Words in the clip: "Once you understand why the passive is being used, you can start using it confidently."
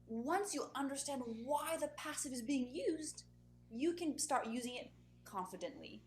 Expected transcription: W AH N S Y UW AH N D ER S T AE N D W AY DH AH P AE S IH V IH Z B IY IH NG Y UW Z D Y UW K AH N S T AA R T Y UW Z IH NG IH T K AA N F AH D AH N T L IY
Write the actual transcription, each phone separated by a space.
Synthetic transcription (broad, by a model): W AH N S Y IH AH N D ER S T AE N D W AY DH AH P AE S IH V IH Z B IY IH NG Y UW Z D Y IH K AH N S T AA R T Y UW Z IH NG IH T K AA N F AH D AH N T L IY